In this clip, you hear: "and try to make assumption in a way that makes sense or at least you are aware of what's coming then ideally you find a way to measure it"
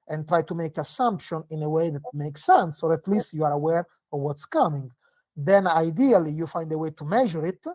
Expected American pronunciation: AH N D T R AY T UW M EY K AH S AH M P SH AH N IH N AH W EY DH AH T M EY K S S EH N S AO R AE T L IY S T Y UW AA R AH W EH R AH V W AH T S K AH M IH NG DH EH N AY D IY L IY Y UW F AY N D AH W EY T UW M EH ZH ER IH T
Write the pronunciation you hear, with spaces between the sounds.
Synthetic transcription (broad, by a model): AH N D T R AY T UW M EY K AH S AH M P SH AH N IH N AH W EY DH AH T M EY K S S EH N S AO R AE T L IY S T Y UW AA R AH W EH R AH V W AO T S K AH M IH NG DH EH N AY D IY L IY Y UW F AY N D AH W EY T UW M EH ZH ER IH T